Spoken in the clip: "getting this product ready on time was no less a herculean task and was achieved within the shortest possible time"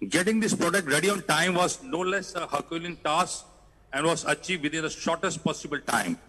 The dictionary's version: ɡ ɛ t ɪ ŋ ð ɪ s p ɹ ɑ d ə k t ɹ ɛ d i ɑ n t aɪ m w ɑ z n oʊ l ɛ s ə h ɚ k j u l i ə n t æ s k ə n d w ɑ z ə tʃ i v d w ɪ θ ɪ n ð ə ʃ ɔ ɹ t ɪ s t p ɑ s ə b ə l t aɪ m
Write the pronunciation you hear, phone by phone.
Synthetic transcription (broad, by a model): ɡ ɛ t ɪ ŋ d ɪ s p ɹ ɑ d ə k t ɹ ɛ d i ɑ n t aɪ m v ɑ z n oʊ l ɛ s ə h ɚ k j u l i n t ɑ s ə n d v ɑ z ə tʃ i v d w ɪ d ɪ n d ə ʃ ɔ ɹ t ɪ s t p ɑ s ə b ə l t aɪ m